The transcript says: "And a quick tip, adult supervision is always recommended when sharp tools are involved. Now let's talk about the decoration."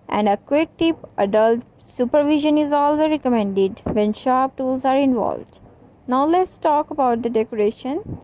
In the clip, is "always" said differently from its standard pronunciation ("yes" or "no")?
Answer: yes